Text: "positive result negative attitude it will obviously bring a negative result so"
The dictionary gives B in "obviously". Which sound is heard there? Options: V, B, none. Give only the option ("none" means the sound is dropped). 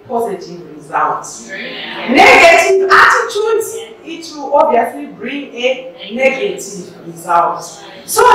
none